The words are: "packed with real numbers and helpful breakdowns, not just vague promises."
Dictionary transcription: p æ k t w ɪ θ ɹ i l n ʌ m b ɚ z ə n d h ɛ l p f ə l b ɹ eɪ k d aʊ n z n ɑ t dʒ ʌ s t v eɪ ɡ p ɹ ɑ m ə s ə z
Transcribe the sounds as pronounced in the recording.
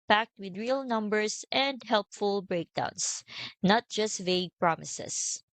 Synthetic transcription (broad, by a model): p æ k t w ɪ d ɹ i l n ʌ m b ɚ s ə n d h ɛ l p f ə l b ɹ eɪ k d aʊ n s n ɑ t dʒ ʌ s t v eɪ ɡ p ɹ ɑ m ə s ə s